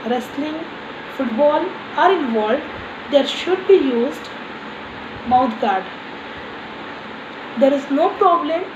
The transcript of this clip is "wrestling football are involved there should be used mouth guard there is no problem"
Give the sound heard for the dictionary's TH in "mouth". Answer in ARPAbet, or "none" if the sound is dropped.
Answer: T